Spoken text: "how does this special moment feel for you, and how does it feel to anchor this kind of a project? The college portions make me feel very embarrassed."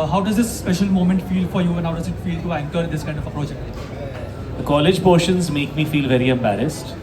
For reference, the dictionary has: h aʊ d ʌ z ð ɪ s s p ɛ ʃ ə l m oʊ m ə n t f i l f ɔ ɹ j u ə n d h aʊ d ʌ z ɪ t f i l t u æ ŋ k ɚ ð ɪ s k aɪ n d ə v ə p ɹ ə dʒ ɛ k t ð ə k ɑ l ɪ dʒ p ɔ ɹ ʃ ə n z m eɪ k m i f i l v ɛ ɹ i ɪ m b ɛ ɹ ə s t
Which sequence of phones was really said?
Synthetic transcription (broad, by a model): h aʊ d ʌ z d ɪ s s p ɛ ʃ ə l m oʊ m ə n t f i l f ɔ ɹ j u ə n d h aʊ d ʌ z ɪ t f i l t u æ ŋ k ɚ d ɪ s k aɪ n d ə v ə p ɹ ə dʒ ɛ k t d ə k ɑ l ɪ dʒ p ɔ ɹ ʃ ə n z m eɪ k m i f i l v ɛ ɹ i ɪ m b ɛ ɹ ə s t